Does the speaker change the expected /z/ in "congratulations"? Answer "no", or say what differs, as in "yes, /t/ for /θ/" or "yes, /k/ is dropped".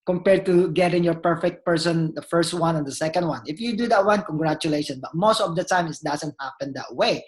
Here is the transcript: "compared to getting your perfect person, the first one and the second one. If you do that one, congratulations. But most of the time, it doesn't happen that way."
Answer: yes, /z/ is dropped